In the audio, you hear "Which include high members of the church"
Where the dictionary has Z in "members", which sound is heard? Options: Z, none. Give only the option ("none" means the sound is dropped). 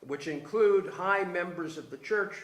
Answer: Z